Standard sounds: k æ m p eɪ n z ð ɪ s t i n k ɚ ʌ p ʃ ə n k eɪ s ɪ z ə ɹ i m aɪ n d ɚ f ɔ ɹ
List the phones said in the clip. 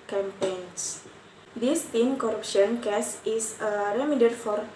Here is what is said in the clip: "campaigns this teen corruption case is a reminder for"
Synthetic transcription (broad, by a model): k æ m p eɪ n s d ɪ s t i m k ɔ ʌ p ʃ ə n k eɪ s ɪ s ə ɹ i m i d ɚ f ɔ ɹ